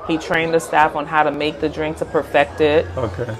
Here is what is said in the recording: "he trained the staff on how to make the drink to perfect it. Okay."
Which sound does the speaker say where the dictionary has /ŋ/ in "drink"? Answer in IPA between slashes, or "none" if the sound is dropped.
/ŋ/